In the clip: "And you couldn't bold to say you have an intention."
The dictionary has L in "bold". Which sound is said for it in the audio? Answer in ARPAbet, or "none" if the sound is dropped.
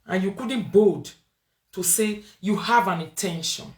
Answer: none